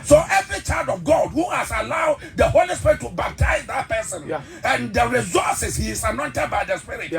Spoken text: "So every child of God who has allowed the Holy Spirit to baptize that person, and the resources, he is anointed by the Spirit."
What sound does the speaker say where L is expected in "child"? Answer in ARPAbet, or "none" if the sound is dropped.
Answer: L